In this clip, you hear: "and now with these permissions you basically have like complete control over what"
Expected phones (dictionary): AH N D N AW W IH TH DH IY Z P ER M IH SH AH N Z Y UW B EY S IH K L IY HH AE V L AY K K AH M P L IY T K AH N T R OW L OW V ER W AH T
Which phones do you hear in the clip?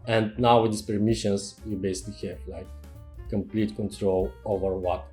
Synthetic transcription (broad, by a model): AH N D N AW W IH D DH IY S P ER M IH SH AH N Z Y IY B EY S IH K L IY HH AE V L AY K K AH M P L IY T K AH N T R OW L OW V ER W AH T